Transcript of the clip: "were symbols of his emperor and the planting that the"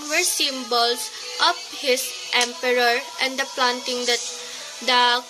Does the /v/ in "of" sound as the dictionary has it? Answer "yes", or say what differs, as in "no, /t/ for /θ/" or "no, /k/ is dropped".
no, /p/ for /v/